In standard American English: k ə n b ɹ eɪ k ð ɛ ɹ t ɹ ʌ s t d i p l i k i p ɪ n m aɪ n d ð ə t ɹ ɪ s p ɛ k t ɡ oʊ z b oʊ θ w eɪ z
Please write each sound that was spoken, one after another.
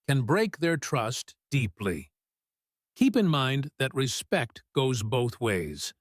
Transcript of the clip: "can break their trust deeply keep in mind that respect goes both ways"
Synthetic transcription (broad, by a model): k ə n b ɹ eɪ k ð ɛ ɹ t ɹ ʌ s t d i p l i k i p ɪ n m aɪ n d ð ə t ɹ ɪ s p ɛ k t ɡ oʊ z b oʊ θ w eɪ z